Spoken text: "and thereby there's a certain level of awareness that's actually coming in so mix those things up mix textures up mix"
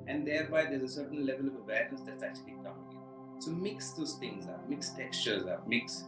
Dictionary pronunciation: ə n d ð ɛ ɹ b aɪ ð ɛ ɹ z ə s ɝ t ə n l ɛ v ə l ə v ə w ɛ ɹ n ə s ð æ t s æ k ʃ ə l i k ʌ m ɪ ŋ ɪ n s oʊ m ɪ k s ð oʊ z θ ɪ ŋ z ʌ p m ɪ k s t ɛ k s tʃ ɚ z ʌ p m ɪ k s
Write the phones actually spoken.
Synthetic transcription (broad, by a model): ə n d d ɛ ɹ b aɪ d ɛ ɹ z ə s ɝ t ə n l ɛ v ə l ə v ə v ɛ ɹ ə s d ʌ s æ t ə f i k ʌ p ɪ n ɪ s oʊ m ɪ k s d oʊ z t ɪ ŋ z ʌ m ɪ k s t ɛ k s tʃ ɚ z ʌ m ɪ k s